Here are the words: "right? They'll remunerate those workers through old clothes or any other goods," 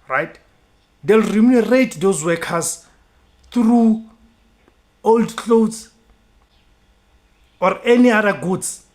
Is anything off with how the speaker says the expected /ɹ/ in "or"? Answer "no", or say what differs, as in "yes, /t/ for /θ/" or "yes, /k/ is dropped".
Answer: no